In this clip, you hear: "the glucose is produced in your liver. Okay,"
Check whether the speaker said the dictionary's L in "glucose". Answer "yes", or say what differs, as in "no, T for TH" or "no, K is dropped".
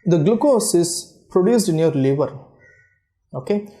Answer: yes